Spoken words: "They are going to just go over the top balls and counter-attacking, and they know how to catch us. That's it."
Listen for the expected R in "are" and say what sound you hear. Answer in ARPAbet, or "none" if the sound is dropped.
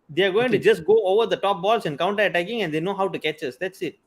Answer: R